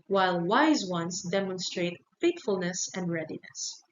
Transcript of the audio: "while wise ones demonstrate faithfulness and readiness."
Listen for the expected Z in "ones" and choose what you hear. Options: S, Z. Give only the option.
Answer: S